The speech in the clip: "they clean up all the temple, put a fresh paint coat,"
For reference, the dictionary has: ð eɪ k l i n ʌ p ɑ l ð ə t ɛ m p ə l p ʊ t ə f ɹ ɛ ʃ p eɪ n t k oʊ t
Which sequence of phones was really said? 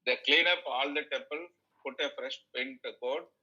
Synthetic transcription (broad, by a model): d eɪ k l i n ʌ p ɑ l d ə t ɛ m p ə l p ʊ t ə f ɹ ɛ ʃ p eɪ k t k oʊ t